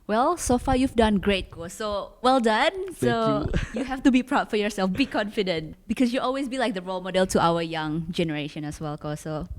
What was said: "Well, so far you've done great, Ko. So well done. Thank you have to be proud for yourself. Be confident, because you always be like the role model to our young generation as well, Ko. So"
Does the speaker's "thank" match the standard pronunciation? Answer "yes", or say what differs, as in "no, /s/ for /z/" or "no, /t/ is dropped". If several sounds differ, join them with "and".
no, /s/ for /θ/